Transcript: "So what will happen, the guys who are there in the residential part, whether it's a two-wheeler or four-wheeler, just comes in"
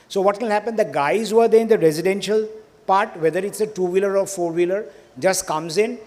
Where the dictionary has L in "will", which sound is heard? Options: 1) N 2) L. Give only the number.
1